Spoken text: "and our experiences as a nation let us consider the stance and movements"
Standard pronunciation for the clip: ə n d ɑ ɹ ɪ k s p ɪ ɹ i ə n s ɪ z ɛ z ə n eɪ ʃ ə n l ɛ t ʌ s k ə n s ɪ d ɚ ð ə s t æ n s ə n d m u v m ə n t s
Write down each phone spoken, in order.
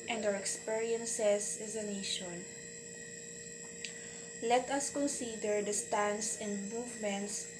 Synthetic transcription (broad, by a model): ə n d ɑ w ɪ k s p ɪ ɹ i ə n s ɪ s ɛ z ə n eɪ ʃ ə n l ɛ t ʌ s k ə n s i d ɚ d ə s t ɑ n s ə n d m u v m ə n t s